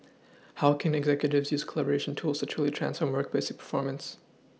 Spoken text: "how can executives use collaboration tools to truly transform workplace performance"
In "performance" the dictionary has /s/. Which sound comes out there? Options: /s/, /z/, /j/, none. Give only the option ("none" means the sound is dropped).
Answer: /s/